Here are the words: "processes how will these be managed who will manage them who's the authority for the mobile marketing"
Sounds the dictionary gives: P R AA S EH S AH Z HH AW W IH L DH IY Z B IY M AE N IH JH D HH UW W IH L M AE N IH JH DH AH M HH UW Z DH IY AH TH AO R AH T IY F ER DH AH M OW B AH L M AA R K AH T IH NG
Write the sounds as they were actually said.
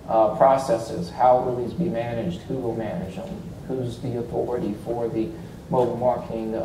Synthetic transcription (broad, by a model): P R AA S EH S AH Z HH AW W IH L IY Z B IY M AE N IH JH D HH UW W IH L M AE N IH JH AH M HH UW Z DH IY AH TH AO R AH T IY F ER DH AH M OW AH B M AA R K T IH NG